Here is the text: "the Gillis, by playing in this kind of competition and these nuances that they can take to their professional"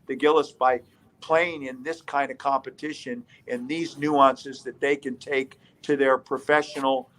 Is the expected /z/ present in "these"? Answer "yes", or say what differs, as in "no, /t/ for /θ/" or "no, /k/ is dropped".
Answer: yes